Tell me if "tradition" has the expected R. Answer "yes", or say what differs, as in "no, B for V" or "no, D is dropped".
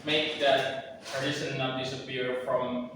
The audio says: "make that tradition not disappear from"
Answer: no, R is dropped